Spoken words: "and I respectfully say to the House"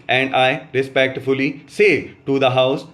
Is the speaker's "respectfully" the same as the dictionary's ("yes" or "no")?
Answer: yes